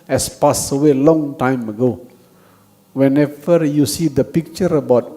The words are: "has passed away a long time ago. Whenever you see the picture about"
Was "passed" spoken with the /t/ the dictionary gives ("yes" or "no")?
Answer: no